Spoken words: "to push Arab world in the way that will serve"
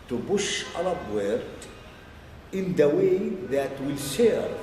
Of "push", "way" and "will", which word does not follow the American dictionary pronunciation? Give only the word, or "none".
push